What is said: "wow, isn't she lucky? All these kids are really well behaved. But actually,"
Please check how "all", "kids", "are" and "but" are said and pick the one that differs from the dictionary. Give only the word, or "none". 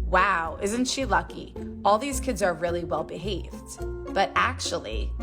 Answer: none